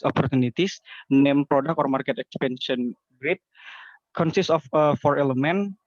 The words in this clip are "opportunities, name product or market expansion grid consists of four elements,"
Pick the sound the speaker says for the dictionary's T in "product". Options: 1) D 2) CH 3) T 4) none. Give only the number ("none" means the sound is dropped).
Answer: 4